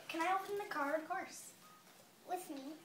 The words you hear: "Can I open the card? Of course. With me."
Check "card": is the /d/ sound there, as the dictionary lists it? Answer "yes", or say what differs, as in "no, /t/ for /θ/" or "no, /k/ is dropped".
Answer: no, /d/ is dropped